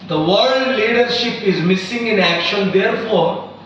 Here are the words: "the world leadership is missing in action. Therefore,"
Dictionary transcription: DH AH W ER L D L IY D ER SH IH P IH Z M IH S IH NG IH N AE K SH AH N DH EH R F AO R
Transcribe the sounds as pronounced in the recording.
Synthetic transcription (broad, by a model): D AH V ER D L IY D ER SH IH P IH Z M IH S IH NG IH N AE K SH AH N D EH R F AO R